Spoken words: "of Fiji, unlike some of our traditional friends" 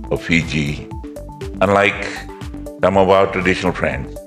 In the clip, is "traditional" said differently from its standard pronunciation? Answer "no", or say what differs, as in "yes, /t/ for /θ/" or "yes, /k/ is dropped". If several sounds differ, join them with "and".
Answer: no